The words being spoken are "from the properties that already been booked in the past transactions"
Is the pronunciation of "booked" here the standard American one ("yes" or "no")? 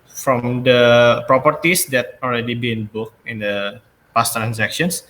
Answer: no